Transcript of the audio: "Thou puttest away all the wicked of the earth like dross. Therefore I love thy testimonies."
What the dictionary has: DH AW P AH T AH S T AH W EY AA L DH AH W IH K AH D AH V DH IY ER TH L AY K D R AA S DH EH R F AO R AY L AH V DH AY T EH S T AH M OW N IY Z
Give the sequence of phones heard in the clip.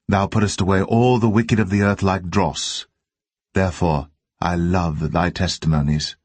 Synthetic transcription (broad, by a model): DH AW P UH T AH S T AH W EY AA L DH AH W IH K AH D AH V DH IY ER TH L AY K D R AA S DH EH R F AO R AY L AH V DH AY T EH S T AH M OW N IY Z